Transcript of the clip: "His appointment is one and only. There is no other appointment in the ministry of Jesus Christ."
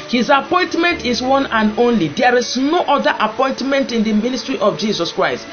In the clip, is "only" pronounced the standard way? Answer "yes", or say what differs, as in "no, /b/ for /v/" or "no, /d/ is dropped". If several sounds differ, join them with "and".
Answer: yes